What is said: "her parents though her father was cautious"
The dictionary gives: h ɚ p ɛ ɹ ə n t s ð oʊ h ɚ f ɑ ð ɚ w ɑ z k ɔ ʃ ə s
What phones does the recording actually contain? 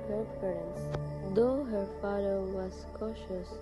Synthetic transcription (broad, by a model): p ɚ f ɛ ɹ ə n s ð oʊ h ɚ f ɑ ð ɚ w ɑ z k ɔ ʃ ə s